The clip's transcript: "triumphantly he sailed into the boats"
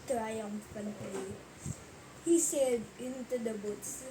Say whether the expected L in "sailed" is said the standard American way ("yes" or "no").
no